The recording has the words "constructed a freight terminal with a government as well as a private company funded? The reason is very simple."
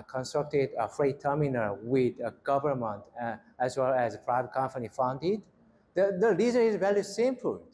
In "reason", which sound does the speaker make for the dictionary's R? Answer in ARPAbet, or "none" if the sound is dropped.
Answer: L